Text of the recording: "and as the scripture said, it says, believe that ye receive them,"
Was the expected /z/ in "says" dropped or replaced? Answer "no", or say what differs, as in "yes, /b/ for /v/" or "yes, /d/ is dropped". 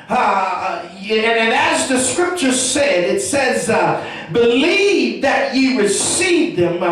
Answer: no